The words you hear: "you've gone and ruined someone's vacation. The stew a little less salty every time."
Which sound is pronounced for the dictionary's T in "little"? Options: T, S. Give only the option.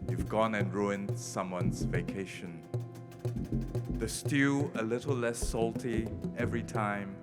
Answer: T